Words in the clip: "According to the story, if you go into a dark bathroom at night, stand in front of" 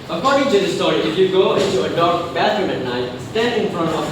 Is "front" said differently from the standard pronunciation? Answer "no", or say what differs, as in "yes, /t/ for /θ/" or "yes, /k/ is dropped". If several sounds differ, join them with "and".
no